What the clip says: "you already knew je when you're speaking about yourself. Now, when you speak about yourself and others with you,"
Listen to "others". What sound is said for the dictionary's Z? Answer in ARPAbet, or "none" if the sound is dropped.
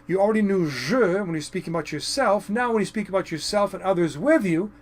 Z